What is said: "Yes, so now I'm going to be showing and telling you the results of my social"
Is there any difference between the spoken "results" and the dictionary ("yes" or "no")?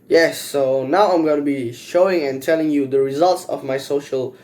no